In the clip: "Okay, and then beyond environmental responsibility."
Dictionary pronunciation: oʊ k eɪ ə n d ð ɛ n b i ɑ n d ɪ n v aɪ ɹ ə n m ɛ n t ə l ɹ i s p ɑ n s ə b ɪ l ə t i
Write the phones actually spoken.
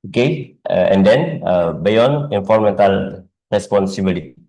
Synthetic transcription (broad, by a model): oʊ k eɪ ə n d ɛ n b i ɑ n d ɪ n f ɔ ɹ m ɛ n t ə l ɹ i s p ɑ n s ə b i l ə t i